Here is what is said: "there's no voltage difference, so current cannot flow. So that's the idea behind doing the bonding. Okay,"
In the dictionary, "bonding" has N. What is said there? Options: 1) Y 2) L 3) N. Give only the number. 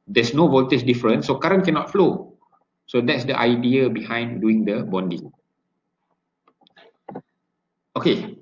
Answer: 3